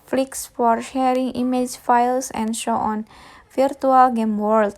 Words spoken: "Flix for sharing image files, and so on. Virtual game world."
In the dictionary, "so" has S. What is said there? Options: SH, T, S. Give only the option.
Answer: SH